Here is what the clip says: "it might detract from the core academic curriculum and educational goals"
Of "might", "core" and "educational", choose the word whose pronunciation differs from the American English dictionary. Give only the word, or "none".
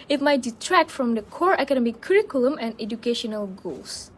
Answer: none